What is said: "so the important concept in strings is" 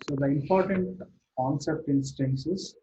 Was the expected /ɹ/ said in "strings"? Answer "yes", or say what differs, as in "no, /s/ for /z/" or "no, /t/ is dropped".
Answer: no, /ɹ/ is dropped